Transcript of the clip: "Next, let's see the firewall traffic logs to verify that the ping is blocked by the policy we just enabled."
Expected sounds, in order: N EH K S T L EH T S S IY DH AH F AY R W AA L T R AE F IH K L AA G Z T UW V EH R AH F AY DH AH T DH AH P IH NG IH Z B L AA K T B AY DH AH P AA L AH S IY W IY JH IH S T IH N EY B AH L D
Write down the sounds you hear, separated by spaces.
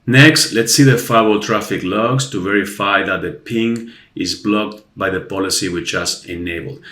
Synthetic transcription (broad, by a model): N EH K S T L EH T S S IY DH AH F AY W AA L T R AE F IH K L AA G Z T UW V EH R AH F AY DH AH T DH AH P IH NG IH Z B L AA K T B AY DH AH P AA L AH S IY W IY CH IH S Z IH N EY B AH L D